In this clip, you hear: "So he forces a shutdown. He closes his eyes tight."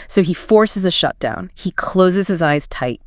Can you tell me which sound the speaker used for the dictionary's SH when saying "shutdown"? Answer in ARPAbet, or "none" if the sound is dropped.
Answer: SH